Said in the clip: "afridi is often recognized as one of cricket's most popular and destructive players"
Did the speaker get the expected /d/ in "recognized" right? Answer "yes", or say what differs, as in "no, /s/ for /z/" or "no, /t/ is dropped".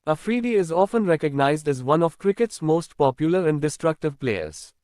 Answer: yes